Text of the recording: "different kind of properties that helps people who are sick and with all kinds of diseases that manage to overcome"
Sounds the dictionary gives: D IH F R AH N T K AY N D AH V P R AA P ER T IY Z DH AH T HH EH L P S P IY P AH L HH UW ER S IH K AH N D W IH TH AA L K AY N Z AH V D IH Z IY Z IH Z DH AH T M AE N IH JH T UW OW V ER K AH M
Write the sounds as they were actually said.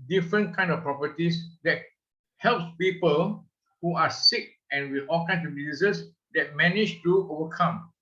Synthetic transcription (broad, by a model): D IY F R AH N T K AY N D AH F P R AA P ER T IY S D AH T HH EH L P S P IY P AH L HH UW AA S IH K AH N W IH AA L K AY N S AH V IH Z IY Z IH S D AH T M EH N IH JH T UW OW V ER K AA M